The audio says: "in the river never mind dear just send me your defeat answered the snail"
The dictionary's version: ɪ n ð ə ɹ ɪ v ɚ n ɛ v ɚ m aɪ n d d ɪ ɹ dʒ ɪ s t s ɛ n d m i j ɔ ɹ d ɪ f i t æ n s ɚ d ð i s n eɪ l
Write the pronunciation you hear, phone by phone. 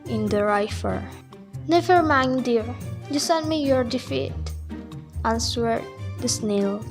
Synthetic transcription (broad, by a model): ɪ n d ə ɹ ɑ f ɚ n ɛ v ɚ m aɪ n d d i ɹ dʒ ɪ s s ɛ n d m i j ɔ ɹ d ɪ f i t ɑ n s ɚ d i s n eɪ l